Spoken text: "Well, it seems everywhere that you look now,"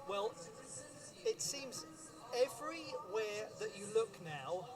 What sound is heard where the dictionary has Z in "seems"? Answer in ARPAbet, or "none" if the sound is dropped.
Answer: Z